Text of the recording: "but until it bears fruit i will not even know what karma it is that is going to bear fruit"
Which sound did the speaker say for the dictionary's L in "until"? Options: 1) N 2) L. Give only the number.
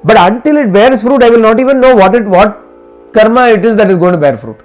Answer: 2